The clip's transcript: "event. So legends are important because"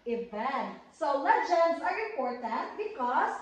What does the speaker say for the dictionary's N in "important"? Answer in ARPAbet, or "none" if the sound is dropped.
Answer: none